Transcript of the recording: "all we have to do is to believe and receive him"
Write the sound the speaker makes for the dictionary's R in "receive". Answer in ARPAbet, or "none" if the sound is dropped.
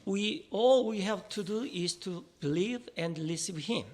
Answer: L